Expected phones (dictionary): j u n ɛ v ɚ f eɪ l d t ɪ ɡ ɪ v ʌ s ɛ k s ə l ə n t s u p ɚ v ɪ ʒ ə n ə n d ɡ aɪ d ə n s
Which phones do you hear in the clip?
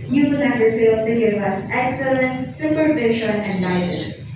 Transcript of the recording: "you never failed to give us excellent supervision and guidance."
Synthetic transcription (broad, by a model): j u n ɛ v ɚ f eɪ l t ɪ ɡ ɪ v ʌ s ɛ k s ə l ə n t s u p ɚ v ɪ ʃ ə n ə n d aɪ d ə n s